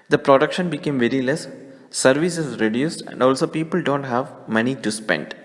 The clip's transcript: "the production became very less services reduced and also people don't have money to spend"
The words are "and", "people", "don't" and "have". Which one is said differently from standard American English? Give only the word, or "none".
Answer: none